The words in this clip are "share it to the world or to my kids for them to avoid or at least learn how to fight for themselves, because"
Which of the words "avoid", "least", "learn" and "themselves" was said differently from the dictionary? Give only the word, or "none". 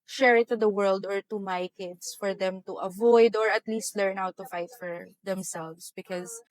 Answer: themselves